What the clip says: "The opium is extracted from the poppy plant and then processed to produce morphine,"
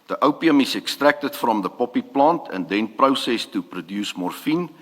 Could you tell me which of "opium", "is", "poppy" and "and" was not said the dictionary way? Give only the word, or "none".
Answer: is